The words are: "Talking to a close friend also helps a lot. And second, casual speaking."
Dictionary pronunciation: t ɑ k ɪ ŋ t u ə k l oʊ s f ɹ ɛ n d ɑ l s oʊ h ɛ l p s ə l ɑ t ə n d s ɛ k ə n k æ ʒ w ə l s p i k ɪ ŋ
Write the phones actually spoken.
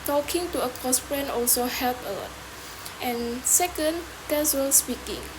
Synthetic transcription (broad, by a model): t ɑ k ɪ ŋ t u ə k oʊ s p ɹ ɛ n ɑ l s oʊ h ɛ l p ə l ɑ t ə n s ɛ k ə n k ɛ s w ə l s p i k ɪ ŋ